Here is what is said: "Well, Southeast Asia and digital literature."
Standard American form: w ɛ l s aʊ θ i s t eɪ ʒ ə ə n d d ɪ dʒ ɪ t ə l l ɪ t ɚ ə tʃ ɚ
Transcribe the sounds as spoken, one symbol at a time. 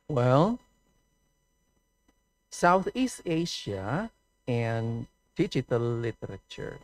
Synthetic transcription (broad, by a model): w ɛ l s aʊ θ i s t eɪ ʃ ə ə n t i tʃ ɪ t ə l l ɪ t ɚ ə tʃ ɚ